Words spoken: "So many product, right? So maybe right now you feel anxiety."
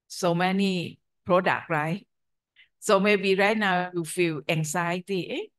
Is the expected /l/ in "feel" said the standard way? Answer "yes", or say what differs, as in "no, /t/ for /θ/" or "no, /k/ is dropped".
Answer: no, /w/ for /l/